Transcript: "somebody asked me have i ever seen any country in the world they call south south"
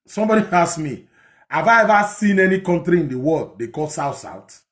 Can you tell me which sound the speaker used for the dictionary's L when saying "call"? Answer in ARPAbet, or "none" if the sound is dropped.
L